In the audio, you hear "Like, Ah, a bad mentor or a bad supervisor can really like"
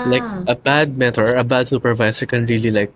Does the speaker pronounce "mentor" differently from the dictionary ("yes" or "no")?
yes